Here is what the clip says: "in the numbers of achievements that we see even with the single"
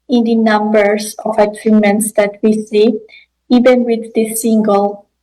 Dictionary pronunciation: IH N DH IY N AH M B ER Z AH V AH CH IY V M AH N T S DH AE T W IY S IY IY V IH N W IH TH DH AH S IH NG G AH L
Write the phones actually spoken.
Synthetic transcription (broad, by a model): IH N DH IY N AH M B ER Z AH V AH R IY M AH N T S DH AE T W IY S IY IY V IH N W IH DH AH S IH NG G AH L